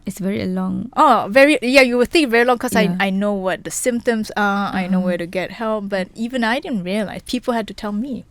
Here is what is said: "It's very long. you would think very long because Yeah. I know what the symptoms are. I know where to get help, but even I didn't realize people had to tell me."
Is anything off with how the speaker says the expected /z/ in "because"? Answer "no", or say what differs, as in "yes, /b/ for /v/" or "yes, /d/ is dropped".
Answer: yes, /z/ is dropped